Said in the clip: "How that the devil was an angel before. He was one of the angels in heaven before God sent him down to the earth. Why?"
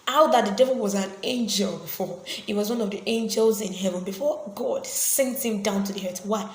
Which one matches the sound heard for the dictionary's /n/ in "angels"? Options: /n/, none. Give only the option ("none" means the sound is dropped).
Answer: /n/